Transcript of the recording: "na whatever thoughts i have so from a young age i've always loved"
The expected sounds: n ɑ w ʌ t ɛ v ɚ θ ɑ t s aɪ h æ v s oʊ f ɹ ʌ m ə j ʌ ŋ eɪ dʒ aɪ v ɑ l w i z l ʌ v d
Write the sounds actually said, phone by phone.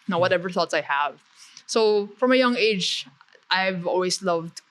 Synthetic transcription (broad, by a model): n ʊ w ʌ t ɛ v ɚ θ ɑ t s aɪ h æ v s oʊ f ɹ ʌ m ə j ʌ ŋ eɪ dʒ aɪ v ɑ l w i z l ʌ v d